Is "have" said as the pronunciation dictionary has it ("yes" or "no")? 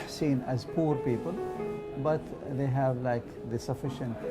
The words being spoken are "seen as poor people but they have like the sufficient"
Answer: yes